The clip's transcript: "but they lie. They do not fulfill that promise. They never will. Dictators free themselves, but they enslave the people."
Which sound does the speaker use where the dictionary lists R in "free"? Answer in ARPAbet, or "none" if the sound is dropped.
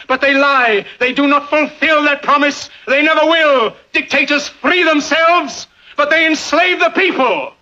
R